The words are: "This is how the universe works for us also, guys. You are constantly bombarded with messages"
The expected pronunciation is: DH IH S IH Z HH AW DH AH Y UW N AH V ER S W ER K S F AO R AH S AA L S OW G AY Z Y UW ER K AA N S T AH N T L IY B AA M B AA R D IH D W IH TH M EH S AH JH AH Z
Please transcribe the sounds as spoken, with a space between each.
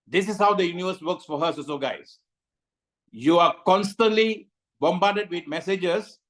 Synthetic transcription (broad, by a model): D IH S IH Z HH AW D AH Y UW N AH V ER S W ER K S F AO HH AH S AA S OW G AY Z Y UW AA K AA N S T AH N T L IY B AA M B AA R D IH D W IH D M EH S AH JH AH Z